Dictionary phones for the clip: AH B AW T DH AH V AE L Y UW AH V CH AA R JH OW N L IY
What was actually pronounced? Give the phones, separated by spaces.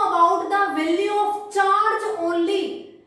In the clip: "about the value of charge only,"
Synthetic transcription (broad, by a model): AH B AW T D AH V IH L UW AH P CH AA R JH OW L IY